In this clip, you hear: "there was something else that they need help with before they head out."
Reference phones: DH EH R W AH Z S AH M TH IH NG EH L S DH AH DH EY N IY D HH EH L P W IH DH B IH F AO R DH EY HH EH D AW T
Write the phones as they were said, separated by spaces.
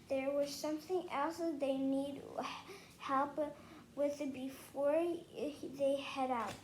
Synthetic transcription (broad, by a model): DH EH R W AH Z S AH M TH IH NG EH L S DH AH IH N IY D HH EH L P W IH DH B IH F AO R DH EY HH EH D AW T